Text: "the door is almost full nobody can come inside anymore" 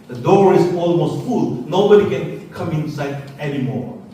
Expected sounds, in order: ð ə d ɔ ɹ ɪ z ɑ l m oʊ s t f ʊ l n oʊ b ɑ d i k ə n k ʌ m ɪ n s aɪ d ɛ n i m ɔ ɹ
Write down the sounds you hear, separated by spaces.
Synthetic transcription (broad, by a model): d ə d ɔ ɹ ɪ s ɑ l m oʊ s t f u l n oʊ b ɑ d i k ə n k ʌ m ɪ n s aɪ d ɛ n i m ɔ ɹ